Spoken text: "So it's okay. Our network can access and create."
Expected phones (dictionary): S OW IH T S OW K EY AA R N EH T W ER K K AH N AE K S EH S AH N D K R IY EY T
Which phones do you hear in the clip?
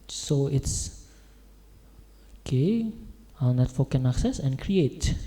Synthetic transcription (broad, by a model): S OW IH T S OW K EY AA L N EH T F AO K K AH N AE K S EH S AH N K R IY EY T